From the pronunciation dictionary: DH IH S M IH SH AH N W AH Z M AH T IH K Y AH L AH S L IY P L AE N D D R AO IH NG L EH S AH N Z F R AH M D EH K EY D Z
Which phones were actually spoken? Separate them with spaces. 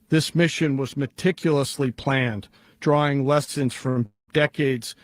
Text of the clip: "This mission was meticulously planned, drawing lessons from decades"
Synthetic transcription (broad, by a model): DH IH S M IH SH AH N W AH Z M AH T IH K Y L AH S L IY P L AE N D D R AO IH NG L EH S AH N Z F R AH M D EH K EY D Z